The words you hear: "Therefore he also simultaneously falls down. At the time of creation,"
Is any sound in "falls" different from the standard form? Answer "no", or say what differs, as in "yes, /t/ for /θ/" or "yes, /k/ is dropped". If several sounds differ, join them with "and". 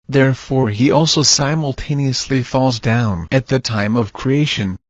no